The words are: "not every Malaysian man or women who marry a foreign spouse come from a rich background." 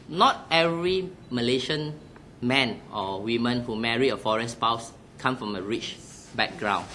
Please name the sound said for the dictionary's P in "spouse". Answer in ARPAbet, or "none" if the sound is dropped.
P